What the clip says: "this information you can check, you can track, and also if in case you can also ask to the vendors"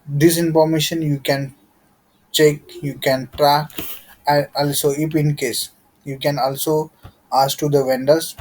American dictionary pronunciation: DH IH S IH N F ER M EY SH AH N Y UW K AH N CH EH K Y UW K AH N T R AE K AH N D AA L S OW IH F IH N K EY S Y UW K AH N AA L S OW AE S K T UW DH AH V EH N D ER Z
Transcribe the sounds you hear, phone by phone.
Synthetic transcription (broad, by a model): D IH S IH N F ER M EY SH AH N Y UW K AH N CH EH K Y UW K AH N T R AE K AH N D AA L S OW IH P IH N K EY S Y UW K AH N AA L S OW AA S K T UW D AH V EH N D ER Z